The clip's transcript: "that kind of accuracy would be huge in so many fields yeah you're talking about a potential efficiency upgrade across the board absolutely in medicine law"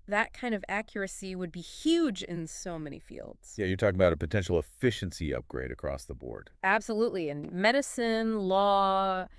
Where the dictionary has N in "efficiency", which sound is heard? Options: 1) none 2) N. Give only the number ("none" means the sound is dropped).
2